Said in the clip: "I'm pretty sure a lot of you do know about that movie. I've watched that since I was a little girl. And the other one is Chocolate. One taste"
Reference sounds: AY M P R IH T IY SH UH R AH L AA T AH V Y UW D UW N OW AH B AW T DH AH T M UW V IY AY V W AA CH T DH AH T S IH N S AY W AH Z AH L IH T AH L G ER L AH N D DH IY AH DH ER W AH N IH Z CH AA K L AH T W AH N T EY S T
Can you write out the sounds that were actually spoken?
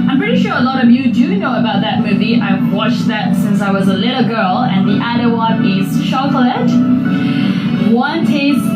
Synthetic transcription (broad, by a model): AY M P R IH T IY SH UH R AH L AA T AH V Y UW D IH N OW AH B AW T DH AH T M UW V IY AY V W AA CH DH AH T S IH N S AY W AH Z AH L IH T L G ER L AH N DH IY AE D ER W AH N IH Z SH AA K L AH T W AH N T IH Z